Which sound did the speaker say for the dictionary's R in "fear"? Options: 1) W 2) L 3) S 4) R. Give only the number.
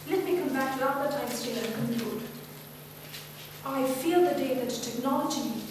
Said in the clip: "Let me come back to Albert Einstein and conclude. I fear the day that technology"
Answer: 2